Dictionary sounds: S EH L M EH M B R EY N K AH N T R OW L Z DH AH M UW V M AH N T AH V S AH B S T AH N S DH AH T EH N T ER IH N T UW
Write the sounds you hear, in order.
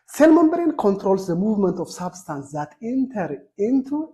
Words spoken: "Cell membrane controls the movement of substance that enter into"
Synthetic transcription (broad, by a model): S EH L M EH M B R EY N K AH N T R OW L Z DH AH M UW V M AH N T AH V S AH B S T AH N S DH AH T EH N T ER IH N T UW